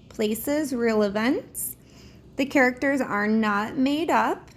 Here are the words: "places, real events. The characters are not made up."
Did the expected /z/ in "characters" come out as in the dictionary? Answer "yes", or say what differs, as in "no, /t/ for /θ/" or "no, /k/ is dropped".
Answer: yes